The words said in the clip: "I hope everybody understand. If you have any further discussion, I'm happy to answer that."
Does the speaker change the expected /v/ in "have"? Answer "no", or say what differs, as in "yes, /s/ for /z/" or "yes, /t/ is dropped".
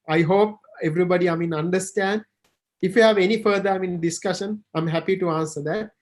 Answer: no